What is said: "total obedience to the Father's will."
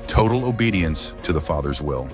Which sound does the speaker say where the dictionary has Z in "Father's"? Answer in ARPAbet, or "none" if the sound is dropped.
Z